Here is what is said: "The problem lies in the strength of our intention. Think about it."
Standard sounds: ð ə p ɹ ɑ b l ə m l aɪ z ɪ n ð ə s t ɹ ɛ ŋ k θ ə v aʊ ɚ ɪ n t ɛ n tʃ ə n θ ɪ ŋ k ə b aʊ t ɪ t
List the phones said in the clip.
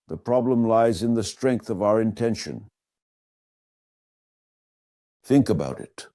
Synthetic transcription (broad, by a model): ð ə p ɹ ɑ b l ə m l aɪ z ɪ n ð ə s t ɹ ɛ ŋ k θ ə v aʊ ɚ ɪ n t ɛ n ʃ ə n θ ɪ ŋ k ə b aʊ t ɪ t